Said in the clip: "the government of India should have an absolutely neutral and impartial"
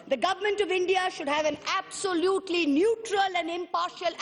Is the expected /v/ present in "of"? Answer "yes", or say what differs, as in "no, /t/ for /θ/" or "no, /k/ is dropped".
yes